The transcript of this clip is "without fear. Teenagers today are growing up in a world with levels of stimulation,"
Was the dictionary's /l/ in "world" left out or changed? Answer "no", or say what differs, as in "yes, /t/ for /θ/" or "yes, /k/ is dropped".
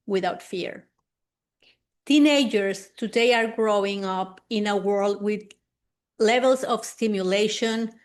no